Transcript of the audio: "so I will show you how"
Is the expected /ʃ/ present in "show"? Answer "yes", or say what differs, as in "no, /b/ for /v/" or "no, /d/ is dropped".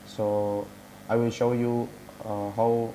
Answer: yes